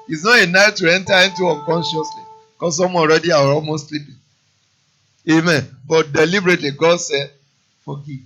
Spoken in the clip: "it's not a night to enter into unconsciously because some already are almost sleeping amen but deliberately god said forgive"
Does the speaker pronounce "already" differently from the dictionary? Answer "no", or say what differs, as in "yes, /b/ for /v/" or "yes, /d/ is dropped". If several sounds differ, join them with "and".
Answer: yes, /n/ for /l/